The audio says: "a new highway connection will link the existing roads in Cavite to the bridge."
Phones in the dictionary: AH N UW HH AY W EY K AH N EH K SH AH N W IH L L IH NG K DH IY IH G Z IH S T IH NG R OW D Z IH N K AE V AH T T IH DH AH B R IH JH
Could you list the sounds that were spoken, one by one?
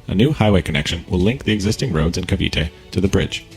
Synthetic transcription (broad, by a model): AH N UW HH AY W EY K AH N EH K SH AH N W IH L L IH NG K DH IY IH G Z IH S T IH NG R OW D Z IH N K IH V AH T T IH DH AH B R IH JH